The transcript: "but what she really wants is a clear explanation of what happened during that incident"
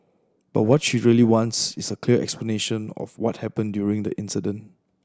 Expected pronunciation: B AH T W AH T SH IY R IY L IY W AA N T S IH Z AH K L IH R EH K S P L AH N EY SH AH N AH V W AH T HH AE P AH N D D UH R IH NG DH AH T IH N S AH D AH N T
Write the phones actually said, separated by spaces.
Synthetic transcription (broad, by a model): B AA T W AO T SH IY R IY L IY W AA N T S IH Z AH K L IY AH EH K S P L AH N EY SH AH N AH F W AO T HH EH P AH N D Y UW R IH NG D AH T IH N S AH D AH N T